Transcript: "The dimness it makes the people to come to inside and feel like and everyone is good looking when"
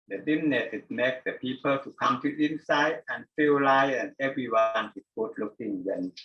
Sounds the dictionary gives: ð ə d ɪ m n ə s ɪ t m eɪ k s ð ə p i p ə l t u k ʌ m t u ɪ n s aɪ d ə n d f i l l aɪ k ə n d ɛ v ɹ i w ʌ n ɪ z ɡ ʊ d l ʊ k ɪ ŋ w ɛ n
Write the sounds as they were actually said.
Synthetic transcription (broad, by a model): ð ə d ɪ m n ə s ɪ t m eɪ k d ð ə p i p ə l t u k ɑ m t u ɪ n s aɪ d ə n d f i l l aɪ ə n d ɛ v ɹ i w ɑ n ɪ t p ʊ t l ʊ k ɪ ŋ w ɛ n